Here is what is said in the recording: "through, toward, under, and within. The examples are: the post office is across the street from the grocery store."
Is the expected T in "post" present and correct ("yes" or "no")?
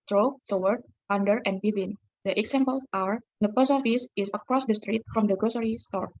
no